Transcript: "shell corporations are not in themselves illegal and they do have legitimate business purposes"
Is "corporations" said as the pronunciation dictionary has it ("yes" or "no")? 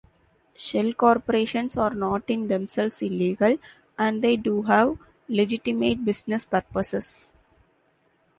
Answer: no